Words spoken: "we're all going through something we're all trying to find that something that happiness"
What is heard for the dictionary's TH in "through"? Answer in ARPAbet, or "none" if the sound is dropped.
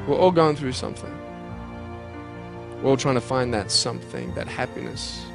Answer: TH